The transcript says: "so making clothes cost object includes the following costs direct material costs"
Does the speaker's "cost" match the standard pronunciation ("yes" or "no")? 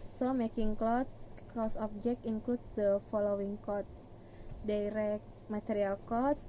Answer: no